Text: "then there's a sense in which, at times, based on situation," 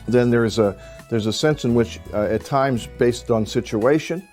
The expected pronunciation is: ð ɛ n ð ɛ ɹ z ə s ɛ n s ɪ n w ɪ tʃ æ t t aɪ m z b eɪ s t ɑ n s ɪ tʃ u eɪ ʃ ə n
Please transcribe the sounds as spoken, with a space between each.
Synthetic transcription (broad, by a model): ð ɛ n ð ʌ ɹ z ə s ɛ n s ɪ n w ɪ tʃ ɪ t t aɪ m z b eɪ s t n s ɪ tʃ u eɪ ʃ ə n